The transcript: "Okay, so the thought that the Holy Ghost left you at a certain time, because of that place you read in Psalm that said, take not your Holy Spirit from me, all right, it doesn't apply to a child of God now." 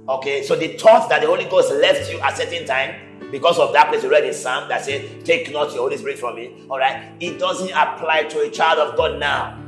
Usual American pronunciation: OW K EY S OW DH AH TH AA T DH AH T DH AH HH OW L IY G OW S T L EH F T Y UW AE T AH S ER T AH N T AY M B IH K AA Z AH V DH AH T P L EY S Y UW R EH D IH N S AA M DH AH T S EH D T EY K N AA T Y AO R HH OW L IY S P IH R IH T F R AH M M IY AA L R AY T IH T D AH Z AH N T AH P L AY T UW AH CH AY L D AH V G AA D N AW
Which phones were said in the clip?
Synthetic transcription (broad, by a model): OW K EY S OW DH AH T AA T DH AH T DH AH HH OW L IY G OW S T L EH F T Y UW T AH S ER T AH N T AY M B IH K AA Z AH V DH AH T P L EY S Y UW R EH D IH N S AA M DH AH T S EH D T EY K N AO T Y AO HH OW L IY S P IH R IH T F R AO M M IY AA L R AY T IH T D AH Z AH N T AH P L AY T UW AH CH AY L D AH V G AA D N AW